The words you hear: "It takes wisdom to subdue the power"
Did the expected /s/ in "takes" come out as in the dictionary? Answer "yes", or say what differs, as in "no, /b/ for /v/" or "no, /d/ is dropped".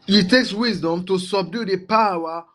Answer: yes